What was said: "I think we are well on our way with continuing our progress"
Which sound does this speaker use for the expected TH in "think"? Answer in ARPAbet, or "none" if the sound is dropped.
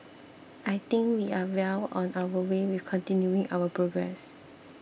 T